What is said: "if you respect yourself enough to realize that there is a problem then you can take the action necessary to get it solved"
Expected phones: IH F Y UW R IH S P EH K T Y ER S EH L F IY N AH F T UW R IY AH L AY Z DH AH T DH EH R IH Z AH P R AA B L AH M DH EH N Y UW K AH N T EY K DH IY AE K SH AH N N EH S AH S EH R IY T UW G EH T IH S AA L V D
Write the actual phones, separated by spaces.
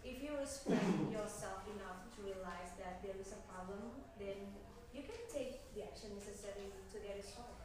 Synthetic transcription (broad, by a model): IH F Y UW W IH S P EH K Y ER S EH L F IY N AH F T UW R IY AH L AY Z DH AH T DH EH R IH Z AH P R AA B L AH M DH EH N Y UW K AH N T EY K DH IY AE K SH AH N N EH S AH S EH R IY T UW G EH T IH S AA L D